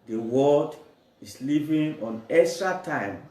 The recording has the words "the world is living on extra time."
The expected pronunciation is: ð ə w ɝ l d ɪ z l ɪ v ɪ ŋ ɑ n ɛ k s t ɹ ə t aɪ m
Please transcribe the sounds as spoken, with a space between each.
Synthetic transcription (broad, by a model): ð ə w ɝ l d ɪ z l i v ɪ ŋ ɑ n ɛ s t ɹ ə t aɪ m